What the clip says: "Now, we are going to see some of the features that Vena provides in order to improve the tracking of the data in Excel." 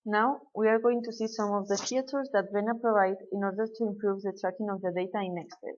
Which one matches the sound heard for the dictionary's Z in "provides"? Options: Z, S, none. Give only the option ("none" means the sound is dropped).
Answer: none